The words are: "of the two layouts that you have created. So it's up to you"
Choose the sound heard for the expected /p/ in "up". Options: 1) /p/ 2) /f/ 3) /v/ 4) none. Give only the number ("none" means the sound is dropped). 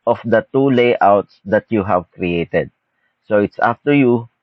2